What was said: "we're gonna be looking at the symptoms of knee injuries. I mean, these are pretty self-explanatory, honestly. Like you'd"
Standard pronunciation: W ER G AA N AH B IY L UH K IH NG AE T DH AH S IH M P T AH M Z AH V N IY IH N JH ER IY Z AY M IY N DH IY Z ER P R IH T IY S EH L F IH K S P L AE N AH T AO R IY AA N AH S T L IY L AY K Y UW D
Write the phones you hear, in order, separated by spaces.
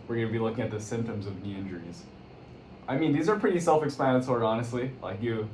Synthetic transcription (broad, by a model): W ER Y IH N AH B IY L UH K IH NG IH T DH AH S IH M P T AH M Z AH V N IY IH N JH ER IY Z AY M IY N DH IY Z ER P R IH T IY S EH L F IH K S P AE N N S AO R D AA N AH S T L IY L AY K Y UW